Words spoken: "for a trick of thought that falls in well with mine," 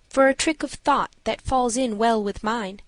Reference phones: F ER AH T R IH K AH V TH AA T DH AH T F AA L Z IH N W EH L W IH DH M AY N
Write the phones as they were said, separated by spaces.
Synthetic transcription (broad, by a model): F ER AH T R IH K AH V TH AA T DH AH T F AA L Z IH N W EH L W IH DH M AY N